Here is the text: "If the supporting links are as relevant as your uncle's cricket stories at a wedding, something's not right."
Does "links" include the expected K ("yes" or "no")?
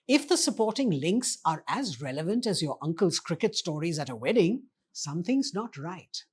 yes